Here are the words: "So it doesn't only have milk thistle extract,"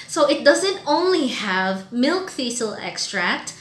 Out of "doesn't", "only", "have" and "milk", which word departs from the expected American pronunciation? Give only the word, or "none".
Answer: none